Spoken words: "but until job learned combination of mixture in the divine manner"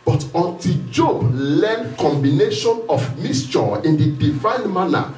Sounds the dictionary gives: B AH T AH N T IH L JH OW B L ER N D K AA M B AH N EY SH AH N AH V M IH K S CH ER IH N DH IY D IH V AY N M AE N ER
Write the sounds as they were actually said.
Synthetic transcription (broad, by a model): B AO T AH N T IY L JH OW B L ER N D K AA M B AH N EY SH AH N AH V M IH S CH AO IH N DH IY D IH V AY N M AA N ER